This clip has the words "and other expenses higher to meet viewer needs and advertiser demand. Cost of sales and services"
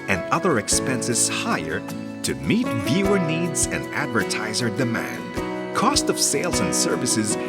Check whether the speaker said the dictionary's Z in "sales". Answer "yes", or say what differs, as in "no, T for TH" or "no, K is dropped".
yes